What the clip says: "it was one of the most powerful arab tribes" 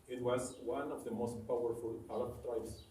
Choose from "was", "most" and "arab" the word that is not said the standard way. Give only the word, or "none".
arab